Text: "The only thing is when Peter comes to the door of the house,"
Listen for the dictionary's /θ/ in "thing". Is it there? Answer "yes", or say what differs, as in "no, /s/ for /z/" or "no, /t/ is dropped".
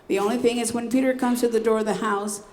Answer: yes